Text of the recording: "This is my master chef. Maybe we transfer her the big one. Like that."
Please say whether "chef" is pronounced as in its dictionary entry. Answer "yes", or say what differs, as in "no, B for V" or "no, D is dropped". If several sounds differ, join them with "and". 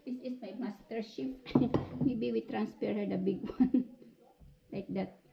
no, P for F